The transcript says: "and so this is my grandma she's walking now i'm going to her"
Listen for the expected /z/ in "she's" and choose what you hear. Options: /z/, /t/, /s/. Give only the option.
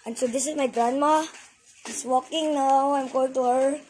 /s/